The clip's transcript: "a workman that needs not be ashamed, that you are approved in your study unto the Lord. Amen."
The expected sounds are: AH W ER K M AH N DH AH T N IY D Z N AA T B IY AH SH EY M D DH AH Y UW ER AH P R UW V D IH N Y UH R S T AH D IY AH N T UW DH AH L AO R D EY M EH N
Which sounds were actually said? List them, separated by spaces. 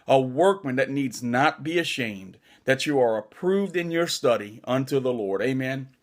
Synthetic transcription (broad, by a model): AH W ER K M AH N DH AH T N IY D Z N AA T B IY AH SH EY M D DH AH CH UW ER AH P R UW V D IH N Y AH R S T AH D IY AH N T UW DH AH L AO R D EY M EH N